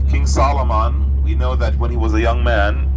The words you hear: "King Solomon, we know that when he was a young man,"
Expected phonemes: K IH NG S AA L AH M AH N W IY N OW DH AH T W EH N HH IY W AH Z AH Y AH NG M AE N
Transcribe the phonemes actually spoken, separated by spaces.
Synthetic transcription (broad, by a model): K IH NG S AA L AH M AH N W IY N OW DH AH T W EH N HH IY W AH Z AH Y AH NG M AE N